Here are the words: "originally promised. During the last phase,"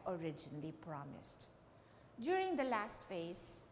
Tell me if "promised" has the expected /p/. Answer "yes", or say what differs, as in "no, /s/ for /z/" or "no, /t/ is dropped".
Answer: yes